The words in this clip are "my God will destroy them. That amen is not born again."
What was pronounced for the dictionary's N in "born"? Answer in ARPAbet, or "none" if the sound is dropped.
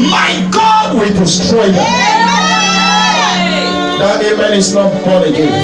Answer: none